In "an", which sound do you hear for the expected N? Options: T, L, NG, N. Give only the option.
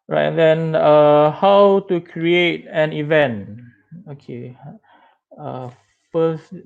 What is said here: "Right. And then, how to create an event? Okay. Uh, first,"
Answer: N